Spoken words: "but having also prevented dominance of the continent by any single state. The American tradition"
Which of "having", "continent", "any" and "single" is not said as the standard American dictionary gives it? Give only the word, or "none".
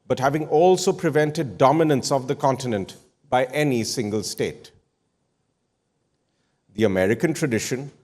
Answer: none